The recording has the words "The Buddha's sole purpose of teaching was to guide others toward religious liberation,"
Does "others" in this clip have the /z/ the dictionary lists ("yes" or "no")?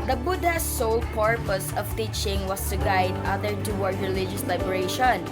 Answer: no